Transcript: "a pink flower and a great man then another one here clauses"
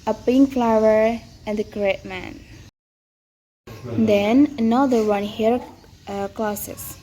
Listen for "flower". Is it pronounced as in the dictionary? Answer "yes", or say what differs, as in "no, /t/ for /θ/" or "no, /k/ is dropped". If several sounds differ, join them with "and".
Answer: yes